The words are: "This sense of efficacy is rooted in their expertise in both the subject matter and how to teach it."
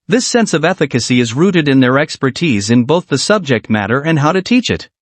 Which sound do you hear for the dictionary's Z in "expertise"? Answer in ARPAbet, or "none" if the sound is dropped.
Z